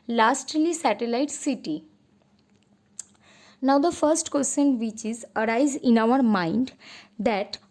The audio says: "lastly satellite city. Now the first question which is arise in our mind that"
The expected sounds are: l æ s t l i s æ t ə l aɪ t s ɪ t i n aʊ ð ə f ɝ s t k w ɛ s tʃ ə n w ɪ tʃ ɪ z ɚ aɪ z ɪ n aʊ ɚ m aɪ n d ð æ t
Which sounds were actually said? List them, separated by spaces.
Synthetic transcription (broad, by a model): l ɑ s t l i s æ t ə l aɪ t s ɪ t i n aʊ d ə f ɝ s t k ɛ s ʃ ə n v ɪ tʃ ɪ z ɚ aɪ z ɪ n aʊ ɚ m aɪ n d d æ t